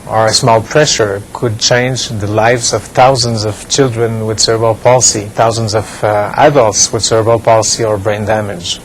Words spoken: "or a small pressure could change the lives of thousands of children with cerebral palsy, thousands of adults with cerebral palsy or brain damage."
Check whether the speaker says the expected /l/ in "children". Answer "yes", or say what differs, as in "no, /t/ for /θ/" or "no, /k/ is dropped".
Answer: yes